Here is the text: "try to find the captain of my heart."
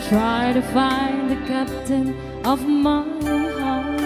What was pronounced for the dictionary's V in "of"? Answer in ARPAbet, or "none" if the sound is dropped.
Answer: V